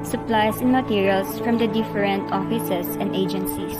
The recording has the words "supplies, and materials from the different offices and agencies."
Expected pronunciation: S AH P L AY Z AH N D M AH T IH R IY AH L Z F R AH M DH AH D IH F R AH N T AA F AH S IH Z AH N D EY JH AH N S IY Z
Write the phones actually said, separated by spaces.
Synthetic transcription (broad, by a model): S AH P L AY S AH N M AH T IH R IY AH L S F R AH M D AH D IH F R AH N T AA F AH S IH S AH N D EY JH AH N S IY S